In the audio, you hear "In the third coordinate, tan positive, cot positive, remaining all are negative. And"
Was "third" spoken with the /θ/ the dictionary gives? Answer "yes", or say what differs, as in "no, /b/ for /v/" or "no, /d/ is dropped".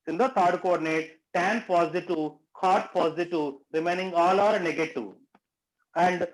no, /t/ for /θ/